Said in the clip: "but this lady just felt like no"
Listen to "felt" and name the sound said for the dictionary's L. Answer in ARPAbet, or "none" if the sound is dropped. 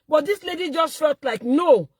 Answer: none